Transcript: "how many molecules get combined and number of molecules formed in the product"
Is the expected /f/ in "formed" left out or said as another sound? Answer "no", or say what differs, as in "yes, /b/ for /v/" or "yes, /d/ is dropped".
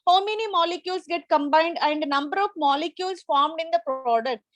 no